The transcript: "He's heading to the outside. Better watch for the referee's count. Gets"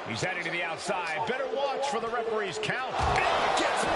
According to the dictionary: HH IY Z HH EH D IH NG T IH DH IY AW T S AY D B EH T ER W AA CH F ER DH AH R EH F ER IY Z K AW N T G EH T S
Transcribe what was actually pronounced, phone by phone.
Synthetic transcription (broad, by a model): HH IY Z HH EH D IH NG T IH DH IY AW T S AY D B EH T ER W AA CH F ER DH AH R EH P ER IY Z K AW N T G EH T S